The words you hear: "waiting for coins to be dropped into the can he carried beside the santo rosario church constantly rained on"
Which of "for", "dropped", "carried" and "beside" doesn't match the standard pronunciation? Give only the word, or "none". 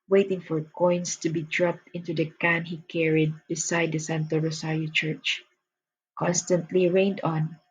none